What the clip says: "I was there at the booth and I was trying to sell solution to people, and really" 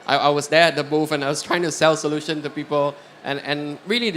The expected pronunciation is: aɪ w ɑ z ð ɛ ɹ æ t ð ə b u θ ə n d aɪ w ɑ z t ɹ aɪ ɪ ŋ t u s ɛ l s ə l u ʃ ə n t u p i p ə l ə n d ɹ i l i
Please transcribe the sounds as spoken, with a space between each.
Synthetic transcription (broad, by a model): aɪ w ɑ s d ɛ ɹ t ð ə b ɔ f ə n aɪ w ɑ s t ɹ aɪ ɪ ŋ t u s ɛ l s ə l u ʃ ə n t u p i p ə l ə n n ɹ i l i